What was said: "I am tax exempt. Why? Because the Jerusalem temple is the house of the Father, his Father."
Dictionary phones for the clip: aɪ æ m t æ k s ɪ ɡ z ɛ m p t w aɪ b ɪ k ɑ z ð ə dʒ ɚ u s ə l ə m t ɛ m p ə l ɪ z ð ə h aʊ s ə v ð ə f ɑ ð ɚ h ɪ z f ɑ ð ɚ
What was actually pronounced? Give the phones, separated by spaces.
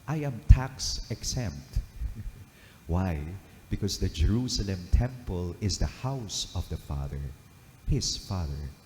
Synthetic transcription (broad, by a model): aɪ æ m t æ k s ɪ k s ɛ m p t w aɪ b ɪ k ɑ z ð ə dʒ ɚ u s ə l ə m t ɛ m p ə l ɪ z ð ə h aʊ s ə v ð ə f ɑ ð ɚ h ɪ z f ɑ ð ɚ